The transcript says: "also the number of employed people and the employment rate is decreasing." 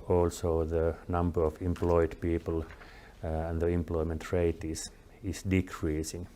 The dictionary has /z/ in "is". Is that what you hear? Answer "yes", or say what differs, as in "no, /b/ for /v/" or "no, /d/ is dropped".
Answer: no, /s/ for /z/